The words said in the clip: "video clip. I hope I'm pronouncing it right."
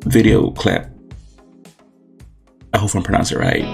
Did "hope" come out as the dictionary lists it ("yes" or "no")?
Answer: no